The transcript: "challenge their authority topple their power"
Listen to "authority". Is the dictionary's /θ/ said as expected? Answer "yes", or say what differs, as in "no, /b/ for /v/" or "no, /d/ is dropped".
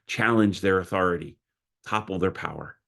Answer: yes